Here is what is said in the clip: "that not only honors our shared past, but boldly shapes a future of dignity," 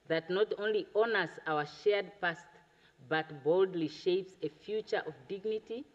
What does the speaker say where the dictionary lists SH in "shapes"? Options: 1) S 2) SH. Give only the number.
2